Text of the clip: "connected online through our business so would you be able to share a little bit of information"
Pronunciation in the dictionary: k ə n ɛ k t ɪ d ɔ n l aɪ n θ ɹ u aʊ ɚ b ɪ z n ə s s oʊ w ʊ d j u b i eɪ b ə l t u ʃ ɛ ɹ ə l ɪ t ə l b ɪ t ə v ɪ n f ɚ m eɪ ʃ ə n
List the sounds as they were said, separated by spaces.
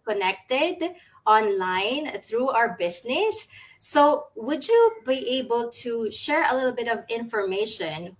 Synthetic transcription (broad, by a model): k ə n ɛ k t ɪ d ɔ n l aɪ n θ ɹ u aʊ ɚ b ɪ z n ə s s oʊ w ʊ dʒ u b i eɪ b ə l t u ʃ ɛ ɹ ə l ɪ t l b ɪ t ə v ɪ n f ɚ m eɪ ʃ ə n